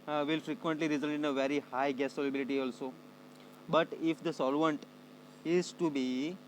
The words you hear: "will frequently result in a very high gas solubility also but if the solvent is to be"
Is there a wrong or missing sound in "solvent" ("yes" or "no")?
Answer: no